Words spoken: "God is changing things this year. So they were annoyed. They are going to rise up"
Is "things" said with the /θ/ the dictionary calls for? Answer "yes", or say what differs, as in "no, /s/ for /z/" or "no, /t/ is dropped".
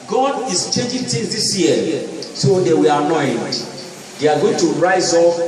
no, /t/ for /θ/